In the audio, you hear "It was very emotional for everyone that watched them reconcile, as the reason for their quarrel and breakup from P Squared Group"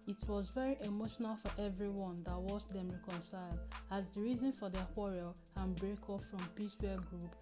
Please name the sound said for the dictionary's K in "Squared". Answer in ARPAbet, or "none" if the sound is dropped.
none